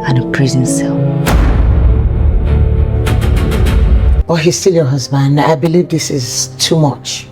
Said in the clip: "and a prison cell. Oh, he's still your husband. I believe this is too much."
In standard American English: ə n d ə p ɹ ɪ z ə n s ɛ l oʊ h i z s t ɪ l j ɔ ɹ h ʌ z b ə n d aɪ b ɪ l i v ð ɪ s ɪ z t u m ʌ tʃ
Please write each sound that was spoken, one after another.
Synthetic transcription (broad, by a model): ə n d ə p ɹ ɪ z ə n s ɛ l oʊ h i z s t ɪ l j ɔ h ʌ z b ə n d aɪ b ɪ l i v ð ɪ s ɪ z t u m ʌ tʃ